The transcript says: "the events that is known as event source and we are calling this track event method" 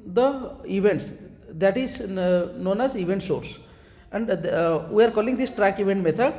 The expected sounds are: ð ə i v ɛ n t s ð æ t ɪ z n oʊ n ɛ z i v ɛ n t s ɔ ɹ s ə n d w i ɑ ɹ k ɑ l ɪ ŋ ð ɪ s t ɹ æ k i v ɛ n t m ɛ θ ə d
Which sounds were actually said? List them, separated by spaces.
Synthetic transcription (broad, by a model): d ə i v ɛ n t s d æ t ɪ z n oʊ n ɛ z i v ɛ n t s ɔ ɹ s ə n d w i ɑ ɹ k ɑ l ɪ ŋ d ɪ s t ɹ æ k i v ɛ n t m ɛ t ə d